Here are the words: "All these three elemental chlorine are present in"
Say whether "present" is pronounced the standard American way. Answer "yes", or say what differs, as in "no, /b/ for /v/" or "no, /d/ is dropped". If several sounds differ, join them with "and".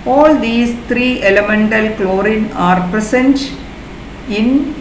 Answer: no, /s/ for /z/